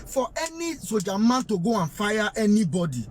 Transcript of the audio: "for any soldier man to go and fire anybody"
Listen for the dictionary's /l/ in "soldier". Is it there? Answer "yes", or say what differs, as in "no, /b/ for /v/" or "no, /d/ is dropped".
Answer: no, /l/ is dropped